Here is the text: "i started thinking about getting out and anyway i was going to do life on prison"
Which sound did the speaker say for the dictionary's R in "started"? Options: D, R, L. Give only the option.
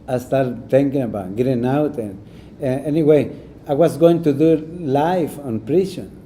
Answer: L